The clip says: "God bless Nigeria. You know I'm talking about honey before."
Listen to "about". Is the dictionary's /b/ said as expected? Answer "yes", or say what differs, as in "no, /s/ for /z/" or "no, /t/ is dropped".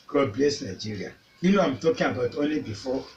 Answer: yes